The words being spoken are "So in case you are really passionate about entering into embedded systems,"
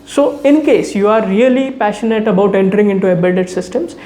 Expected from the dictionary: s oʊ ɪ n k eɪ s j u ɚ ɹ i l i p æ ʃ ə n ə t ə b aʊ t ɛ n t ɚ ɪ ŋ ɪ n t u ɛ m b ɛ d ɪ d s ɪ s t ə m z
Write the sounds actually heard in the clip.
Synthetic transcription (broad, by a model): s oʊ ɪ n k eɪ s j u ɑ ɹ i l i p æ ʃ ə n ə t ə b aʊ t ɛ n t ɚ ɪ ŋ ɪ n t u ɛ b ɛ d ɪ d s ɪ s t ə m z